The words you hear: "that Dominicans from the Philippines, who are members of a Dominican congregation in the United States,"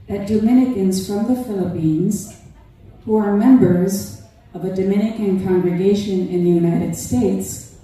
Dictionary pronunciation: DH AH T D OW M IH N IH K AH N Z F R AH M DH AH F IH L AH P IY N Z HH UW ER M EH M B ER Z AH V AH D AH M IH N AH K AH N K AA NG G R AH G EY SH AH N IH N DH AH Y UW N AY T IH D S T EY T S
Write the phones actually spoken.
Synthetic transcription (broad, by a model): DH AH T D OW M IH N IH K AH N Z F R AH M DH AH F IH L AH P IY N Z HH UW ER M EH M B ER Z AH V AH D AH M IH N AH K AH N K AA NG G R AH G EY SH AH N IH N DH AH Y UW N AY T IH D S T EY T S